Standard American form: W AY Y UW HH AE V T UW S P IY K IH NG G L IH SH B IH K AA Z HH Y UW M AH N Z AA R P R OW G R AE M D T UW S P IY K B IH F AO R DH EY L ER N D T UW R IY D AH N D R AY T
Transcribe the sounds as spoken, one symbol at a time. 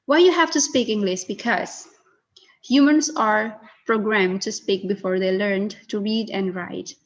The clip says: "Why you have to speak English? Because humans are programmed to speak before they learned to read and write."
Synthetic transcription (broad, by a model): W AY Y UW HH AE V T UW S P IY K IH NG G L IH S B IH K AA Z HH Y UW M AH N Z AA R P R OW G R AE M D T UW S P IY K B IH F AO R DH EY L ER N D T UW R IY D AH N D R AY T